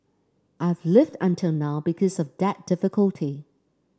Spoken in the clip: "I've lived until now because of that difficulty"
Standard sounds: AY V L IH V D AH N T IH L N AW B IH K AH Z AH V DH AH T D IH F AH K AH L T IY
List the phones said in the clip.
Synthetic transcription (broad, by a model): AY V L IH V D AH N T IH L N AW B IH K AH Z AH V DH AH T D IH F AH K AH L T IY